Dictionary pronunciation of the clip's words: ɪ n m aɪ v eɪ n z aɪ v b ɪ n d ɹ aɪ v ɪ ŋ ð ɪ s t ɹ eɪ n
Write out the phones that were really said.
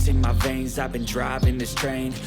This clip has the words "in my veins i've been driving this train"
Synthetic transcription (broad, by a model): ɪ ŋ m aɪ v eɪ n z aɪ v b ɪ n d ɹ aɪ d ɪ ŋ ð ɪ s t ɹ eɪ n